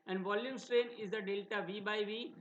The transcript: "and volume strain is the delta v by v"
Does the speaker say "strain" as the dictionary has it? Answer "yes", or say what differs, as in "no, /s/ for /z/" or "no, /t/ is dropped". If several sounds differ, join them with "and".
yes